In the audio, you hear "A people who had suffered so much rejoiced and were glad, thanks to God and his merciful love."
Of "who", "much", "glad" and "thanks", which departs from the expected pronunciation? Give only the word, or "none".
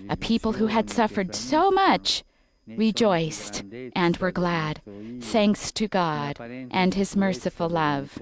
none